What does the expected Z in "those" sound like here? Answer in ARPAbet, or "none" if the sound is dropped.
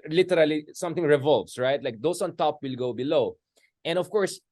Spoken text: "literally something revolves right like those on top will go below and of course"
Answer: S